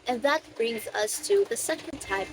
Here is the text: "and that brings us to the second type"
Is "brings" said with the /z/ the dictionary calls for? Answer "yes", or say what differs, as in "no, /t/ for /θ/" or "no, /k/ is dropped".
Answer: yes